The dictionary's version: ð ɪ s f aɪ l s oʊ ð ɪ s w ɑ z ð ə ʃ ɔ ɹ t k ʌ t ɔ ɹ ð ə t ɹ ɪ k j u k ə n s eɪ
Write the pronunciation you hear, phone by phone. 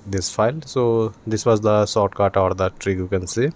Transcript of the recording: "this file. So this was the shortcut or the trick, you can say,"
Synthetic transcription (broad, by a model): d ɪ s f aɪ l s oʊ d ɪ s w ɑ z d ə s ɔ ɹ t k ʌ t ɔ ɹ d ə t ɹ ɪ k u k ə n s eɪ